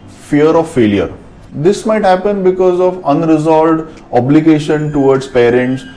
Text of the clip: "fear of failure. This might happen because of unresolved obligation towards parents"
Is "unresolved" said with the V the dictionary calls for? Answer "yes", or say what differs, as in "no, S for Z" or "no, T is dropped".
no, V is dropped